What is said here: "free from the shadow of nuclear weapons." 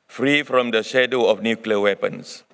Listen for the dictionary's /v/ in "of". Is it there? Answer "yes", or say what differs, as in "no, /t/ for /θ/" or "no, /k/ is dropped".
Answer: no, /f/ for /v/